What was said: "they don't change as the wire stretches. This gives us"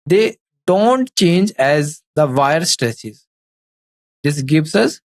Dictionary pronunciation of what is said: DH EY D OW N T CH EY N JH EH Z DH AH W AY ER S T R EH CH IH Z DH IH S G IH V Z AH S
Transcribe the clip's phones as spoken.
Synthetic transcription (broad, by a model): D EY D OW N T CH EY N JH EH Z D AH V AY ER S T R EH S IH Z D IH S G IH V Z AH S